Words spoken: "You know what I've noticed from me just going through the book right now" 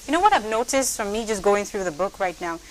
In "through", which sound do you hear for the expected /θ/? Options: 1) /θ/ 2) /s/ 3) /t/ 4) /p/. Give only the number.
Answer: 1